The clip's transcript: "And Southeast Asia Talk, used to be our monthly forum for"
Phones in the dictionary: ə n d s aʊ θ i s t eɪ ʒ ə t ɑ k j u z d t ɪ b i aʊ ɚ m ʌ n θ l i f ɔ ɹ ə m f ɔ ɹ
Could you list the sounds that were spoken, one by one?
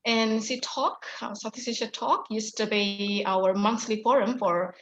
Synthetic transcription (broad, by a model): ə n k s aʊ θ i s eɪ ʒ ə t ɑ k j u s t ɪ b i aʊ ɚ m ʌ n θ l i f ɔ ɹ ə m f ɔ ɹ